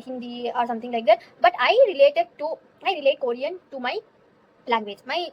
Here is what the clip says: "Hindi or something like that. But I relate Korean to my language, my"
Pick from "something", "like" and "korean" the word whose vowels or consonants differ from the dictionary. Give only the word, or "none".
something